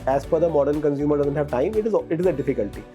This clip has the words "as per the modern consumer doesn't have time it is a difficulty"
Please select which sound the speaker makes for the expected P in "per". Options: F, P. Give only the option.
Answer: F